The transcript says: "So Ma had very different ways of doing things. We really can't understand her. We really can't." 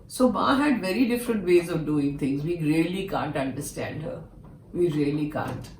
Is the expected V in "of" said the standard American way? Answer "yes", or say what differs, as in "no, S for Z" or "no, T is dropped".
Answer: yes